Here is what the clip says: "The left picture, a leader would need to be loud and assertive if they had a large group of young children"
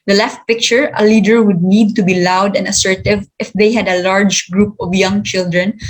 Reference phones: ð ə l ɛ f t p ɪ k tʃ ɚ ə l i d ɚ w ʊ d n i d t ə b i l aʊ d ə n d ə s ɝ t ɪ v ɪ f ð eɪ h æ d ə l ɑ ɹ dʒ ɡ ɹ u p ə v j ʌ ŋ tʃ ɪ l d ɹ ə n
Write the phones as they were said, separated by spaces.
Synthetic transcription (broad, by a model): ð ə l ɛ f t p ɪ k tʃ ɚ ə l i d ɚ w ʊ d n i d t ə b i l aʊ d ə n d ə s ɝ t ɪ v ɪ f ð eɪ h æ d ə l ɑ ɹ dʒ ɡ ɹ u p ə v j ʌ ŋ tʃ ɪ l d ɹ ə n